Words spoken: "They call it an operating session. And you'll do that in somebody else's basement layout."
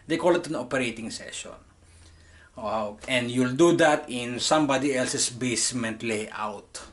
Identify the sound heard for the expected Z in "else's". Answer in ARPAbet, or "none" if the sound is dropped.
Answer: S